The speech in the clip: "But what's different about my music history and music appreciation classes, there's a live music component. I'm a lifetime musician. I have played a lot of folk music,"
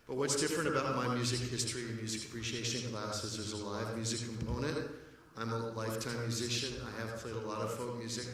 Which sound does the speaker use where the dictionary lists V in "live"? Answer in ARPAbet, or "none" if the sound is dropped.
V